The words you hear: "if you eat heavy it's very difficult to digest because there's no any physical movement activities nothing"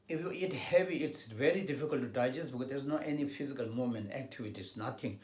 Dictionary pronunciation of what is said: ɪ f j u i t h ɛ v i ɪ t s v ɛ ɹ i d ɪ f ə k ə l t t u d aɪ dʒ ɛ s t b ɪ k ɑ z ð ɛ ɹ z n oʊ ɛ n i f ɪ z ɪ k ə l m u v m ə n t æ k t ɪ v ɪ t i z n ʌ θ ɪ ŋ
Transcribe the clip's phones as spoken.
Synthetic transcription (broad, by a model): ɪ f j u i t h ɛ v i ɪ t s v ɛ ɹ i d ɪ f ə k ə l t t u d aɪ dʒ ɛ s t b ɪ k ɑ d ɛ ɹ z n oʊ ɛ n i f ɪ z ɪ k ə l m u m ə n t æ k t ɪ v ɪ t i s n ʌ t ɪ ŋ